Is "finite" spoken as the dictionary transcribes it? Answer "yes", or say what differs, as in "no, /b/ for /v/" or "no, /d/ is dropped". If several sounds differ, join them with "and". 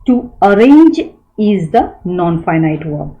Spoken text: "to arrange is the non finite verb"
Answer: yes